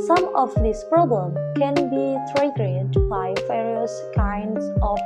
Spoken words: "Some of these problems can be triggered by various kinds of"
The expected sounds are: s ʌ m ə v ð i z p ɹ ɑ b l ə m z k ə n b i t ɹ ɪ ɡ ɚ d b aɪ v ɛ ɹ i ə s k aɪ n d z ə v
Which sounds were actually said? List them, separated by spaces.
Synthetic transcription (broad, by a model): s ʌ m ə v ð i s p ɹ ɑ b l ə m k ə n b i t ɹ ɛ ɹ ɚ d b aɪ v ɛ ɹ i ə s k aɪ n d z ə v